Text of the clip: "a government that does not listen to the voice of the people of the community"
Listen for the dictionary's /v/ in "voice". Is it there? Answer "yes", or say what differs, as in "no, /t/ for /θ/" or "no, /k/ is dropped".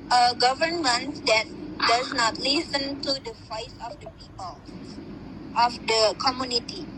no, /f/ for /v/